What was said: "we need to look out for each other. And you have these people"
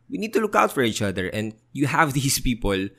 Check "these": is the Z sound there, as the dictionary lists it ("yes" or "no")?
no